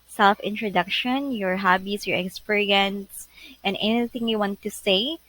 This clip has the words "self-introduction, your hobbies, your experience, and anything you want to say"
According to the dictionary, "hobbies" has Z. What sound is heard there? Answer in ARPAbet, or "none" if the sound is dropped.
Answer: S